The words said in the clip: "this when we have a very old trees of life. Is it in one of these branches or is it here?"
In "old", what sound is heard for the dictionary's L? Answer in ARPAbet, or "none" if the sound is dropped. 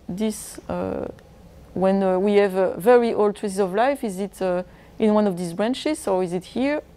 L